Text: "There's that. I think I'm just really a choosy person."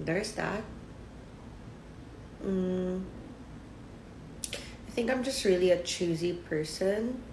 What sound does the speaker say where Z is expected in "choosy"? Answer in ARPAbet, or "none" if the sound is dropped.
Z